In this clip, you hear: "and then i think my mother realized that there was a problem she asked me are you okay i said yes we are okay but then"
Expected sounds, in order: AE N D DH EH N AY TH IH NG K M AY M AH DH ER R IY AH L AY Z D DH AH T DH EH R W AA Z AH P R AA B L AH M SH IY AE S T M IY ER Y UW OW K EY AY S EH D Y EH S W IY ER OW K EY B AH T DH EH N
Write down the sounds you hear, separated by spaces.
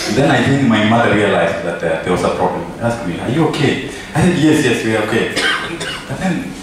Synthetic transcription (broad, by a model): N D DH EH N AY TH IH NG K M AY M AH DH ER R IY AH L AY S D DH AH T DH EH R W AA S AH P R AA B L AH M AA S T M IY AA Y UW OW K EY AY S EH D Y EH S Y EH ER OW K EY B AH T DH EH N